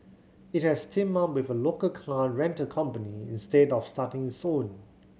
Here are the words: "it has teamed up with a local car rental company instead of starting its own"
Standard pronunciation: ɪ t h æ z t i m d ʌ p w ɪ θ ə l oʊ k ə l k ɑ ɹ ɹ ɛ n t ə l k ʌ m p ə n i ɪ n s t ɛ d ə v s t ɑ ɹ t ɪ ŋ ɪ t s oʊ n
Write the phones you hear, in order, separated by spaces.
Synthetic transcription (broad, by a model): ɪ t h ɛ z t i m ʌ w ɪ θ ə l oʊ k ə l k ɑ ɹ ɹ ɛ n t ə k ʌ m p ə n i ɪ n s t ɛ d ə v s t ɑ t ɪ ŋ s oʊ n